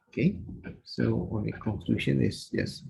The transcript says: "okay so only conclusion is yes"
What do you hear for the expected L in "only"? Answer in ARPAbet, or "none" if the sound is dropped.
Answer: none